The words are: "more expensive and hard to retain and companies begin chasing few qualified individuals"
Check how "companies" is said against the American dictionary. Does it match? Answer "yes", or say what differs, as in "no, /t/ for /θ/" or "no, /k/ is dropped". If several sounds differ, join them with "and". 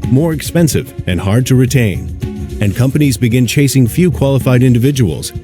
yes